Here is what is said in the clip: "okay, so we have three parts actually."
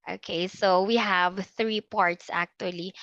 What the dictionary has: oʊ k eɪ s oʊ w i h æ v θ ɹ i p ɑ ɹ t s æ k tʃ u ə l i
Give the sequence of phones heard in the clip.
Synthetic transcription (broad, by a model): oʊ k eɪ s oʊ w i h æ v θ ɹ i p ɑ ɹ t s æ k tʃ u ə l i